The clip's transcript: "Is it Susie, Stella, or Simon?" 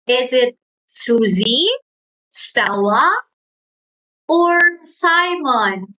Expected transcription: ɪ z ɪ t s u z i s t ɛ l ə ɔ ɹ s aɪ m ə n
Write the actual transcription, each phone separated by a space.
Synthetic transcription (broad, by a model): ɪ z ɪ t s u z i s t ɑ w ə ɔ ɹ s aɪ m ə n